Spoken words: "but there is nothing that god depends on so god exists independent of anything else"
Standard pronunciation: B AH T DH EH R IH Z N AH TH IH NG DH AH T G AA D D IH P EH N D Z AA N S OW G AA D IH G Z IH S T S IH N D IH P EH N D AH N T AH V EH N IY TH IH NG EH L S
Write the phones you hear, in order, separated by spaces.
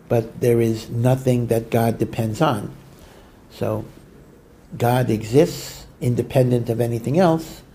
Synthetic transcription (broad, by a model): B AH T DH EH R IH Z N AH TH IH NG DH AH T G AA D D IH P EH N D Z N S OW G AA D IH G Z IH S T S IH N D IH P EH N D AH N T AH V EH N IY TH IH NG EH L S